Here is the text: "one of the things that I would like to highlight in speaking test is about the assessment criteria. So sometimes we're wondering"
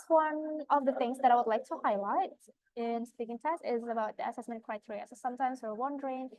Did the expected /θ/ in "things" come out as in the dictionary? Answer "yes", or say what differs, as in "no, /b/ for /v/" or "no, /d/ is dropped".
yes